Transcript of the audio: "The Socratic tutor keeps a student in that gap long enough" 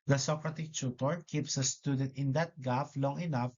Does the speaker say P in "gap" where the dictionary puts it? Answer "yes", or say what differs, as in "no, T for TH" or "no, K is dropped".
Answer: no, F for P